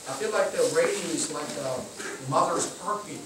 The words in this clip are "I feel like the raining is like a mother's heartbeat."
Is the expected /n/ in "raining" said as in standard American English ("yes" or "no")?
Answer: no